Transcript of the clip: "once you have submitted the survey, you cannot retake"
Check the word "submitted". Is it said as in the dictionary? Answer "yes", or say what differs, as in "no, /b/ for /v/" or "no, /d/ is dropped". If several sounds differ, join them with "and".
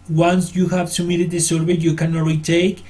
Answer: no, /b/ is dropped